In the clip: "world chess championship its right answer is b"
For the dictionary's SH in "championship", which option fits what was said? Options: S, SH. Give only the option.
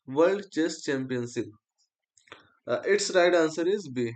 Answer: S